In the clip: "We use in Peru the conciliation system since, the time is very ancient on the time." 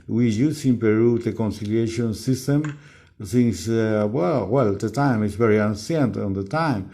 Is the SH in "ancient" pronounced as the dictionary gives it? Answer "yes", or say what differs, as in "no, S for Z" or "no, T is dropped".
no, S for SH